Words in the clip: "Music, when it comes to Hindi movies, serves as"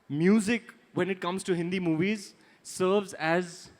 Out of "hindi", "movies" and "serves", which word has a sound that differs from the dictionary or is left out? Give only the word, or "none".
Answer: none